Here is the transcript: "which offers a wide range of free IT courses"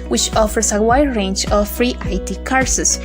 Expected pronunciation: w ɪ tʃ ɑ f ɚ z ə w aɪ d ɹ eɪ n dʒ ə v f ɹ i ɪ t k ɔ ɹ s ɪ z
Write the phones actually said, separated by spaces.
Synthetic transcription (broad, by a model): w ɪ tʃ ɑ f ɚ s ə w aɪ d ɹ eɪ n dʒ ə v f ɹ i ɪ t k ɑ ɹ s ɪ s